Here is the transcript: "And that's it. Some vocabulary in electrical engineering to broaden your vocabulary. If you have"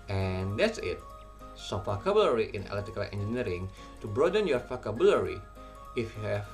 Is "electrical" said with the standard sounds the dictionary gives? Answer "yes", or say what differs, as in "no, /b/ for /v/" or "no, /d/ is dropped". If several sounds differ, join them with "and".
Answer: no, /k/ is dropped and /ɹ/ is dropped